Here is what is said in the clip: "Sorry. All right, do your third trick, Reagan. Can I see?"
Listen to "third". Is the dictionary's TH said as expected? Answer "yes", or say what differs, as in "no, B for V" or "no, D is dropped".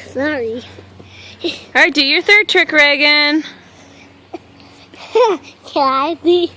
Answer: yes